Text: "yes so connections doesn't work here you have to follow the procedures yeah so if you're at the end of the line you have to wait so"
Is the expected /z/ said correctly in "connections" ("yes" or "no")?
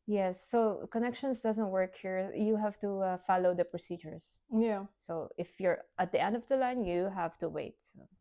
no